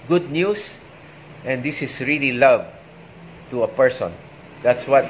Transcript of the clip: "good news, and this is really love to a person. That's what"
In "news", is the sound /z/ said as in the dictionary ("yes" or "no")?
no